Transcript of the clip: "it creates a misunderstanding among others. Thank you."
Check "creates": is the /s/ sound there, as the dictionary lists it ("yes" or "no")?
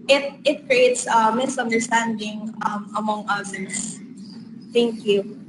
yes